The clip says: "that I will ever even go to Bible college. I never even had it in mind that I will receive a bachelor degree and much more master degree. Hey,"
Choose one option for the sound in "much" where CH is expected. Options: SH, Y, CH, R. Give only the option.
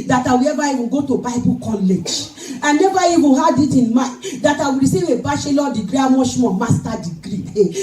SH